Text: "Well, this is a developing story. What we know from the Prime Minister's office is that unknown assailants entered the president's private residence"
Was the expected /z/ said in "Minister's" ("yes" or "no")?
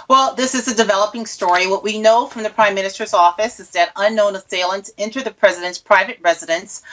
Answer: yes